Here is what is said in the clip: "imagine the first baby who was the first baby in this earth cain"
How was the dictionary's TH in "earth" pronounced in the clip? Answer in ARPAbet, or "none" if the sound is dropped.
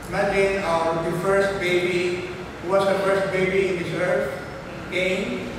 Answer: F